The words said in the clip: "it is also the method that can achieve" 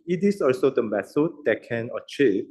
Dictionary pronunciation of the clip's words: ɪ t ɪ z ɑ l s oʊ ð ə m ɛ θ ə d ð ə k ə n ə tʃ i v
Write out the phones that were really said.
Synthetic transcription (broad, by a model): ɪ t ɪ s ɑ l s oʊ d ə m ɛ s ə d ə k ə n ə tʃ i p